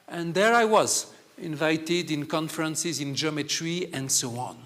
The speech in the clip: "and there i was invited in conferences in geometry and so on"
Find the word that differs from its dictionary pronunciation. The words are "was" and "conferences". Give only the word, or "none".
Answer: none